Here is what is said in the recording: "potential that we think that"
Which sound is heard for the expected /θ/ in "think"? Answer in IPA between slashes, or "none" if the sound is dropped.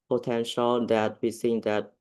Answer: /s/